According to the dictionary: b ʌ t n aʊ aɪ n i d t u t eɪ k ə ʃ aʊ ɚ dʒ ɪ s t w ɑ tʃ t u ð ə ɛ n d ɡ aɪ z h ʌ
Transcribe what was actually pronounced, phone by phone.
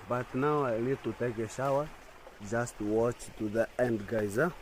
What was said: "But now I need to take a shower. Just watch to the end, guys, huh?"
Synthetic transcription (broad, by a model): b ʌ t n aʊ aɪ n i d t u t eɪ k ə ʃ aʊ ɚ dʒ ɪ s t w ɑ tʃ t u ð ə ɛ n d ɡ aɪ z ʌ